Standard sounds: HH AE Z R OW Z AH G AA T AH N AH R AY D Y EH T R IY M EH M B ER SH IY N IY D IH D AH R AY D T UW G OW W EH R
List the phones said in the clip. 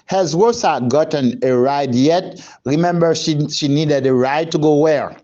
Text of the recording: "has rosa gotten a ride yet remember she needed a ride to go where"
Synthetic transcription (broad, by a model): HH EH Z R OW S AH G AA T AH N AH R AY D Y EH T R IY M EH M B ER SH IY N IY D IH D AH R AY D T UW G OW W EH R